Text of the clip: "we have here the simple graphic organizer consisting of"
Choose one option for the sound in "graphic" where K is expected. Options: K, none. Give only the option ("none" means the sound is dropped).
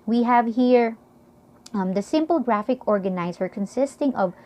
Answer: K